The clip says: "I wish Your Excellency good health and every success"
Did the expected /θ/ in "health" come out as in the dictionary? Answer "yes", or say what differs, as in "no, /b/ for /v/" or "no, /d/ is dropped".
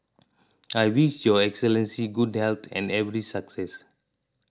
no, /t/ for /θ/